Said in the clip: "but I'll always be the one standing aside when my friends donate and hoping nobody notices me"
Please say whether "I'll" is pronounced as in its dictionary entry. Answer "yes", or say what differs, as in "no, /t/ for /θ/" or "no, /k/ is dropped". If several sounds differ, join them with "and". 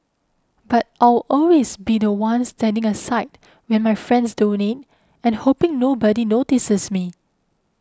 no, /w/ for /l/